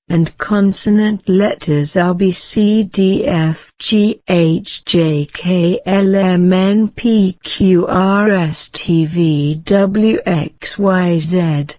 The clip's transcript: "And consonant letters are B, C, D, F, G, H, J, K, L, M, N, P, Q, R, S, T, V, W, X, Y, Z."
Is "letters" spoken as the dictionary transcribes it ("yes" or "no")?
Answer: yes